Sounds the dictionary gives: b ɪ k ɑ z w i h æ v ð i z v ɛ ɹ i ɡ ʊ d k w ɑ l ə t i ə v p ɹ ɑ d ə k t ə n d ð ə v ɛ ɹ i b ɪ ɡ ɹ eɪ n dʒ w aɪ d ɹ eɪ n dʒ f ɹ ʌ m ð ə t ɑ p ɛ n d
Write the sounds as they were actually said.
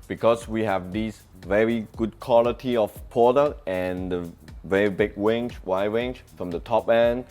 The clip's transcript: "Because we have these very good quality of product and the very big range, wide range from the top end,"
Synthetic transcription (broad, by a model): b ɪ k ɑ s w i h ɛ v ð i s v ɛ ɹ i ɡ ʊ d k w ɑ l ə t i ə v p ɑ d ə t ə n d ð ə v ɛ ɹ i b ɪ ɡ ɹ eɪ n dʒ w aɪ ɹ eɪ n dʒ f ɹ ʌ m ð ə t ɑ p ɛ n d